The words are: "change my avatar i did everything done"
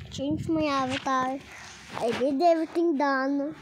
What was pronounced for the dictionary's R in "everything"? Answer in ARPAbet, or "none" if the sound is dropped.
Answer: none